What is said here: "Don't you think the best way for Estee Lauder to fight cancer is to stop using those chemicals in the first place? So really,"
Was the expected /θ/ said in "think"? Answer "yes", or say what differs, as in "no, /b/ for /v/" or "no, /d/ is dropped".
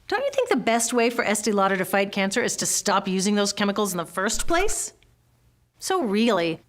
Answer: yes